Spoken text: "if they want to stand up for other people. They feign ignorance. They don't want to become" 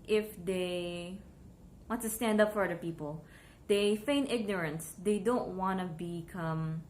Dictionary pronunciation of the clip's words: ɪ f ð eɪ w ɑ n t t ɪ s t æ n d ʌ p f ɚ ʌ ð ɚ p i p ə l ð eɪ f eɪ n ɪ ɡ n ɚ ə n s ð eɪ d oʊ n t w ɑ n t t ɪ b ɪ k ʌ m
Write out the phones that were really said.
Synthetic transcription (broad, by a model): ɪ f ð eɪ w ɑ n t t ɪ s t æ n d ʌ p f ɚ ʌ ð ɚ p i p ə l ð eɪ f eɪ n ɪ ɡ n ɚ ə n s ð eɪ d oʊ n t w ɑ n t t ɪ b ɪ k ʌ m